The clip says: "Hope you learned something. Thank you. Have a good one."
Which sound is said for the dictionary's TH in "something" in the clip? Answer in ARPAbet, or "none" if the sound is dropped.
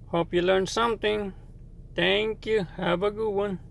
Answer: T